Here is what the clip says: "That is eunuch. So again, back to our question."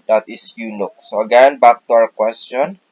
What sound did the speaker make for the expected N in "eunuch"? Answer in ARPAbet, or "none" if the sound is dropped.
L